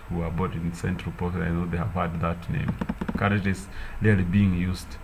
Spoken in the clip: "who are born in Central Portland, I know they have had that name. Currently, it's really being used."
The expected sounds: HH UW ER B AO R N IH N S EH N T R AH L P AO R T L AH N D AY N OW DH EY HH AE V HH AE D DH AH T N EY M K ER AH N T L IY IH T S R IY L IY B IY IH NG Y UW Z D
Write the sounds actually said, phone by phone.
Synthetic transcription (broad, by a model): HH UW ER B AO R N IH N S EH N T R AH L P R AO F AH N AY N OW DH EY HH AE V HH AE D DH AH T N EY M K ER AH T IY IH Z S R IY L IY B IY IH NG Y UW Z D